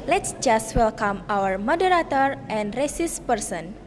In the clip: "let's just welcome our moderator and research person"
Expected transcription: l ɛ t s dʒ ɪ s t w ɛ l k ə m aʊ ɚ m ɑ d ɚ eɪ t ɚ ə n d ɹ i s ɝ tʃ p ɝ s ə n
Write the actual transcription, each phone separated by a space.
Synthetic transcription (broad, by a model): l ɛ t s dʒ ɪ s t w ɛ l k ə m aʊ ɚ m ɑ d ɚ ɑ t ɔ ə n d ɹ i s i s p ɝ s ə n